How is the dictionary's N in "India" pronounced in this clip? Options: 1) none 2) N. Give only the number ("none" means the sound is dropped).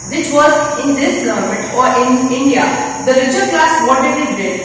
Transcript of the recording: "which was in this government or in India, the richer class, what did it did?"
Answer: 2